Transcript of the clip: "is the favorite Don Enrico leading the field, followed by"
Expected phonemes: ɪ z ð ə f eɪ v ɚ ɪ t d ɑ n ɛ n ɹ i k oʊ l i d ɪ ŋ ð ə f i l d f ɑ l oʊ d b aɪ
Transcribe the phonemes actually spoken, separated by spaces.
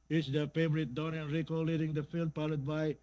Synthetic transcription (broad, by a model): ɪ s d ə f eɪ v ɚ ɪ t d ɑ n ɛ n ɹ i k oʊ l i d ɪ ŋ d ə f i l d p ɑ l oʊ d b aɪ